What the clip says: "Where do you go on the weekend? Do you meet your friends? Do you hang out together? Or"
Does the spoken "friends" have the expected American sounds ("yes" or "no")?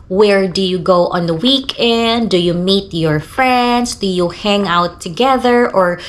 no